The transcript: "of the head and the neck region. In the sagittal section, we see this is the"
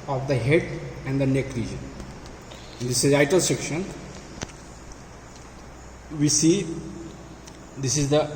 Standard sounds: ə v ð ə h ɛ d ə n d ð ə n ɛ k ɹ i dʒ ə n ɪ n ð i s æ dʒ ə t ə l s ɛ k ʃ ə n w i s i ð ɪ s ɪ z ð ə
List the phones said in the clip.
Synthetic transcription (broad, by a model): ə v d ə h ɛ d ə n d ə n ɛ k ɹ i dʒ ə n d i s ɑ ə t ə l s ɛ k ʃ ə n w i s i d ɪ s ɪ z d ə